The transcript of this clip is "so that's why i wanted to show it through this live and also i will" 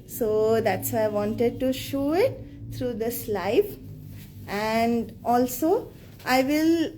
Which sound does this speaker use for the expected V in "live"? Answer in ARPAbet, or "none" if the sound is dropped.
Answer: F